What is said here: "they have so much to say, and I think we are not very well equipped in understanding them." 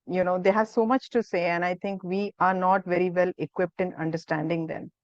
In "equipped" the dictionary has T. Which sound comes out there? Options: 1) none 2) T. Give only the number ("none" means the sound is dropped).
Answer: 2